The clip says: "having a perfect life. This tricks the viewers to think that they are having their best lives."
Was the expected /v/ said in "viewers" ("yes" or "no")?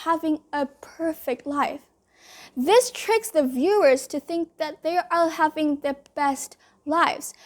yes